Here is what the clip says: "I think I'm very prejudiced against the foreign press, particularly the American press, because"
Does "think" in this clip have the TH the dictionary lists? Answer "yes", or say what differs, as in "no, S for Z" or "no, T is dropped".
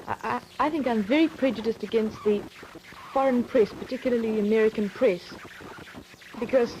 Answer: yes